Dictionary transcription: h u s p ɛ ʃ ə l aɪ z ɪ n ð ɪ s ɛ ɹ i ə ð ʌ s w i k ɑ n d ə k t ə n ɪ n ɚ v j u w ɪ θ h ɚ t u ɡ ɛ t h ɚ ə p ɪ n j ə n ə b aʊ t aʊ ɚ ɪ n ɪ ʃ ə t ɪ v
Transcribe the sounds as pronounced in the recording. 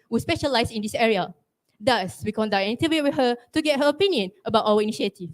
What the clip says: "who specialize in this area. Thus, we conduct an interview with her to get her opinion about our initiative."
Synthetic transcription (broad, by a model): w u s p ɛ ʃ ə l aɪ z ɪ n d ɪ s ɛ ɹ i ə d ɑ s w i k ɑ n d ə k ə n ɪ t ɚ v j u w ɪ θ h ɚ t u ɡ ɛ t h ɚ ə p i n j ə n ə b aʊ t aʊ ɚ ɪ n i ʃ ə t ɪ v